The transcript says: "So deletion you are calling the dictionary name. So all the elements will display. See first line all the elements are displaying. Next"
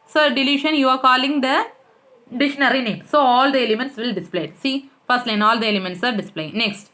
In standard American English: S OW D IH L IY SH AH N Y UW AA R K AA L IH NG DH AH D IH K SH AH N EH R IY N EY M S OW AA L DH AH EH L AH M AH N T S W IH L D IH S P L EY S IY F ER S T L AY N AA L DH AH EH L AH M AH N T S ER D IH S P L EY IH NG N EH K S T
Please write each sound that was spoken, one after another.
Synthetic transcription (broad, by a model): S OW D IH L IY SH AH N Y UW AA R K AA L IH NG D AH D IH SH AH N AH R IY N EY M S OW AA L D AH EH L AH M AH N T S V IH L D IH S P L EY S IY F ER S T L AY N AA L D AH EH L AH M AH N T S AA D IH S P L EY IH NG N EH K S T